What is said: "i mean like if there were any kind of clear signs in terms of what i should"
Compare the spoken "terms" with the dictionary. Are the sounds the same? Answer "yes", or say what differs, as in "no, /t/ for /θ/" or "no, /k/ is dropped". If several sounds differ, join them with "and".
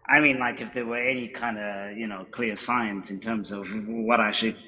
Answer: yes